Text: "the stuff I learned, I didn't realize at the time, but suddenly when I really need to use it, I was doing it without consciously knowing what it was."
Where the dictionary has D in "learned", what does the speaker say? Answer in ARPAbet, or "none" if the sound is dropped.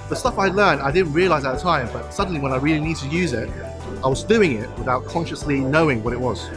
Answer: D